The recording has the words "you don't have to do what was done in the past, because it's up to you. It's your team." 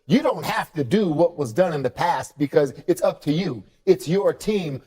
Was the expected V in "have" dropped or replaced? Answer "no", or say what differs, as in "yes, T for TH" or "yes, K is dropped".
yes, F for V